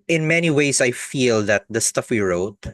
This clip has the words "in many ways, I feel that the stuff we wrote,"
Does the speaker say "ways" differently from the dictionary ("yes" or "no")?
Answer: yes